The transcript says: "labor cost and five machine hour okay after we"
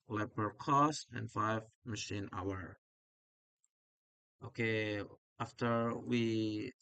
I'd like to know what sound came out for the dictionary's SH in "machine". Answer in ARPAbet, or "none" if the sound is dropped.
SH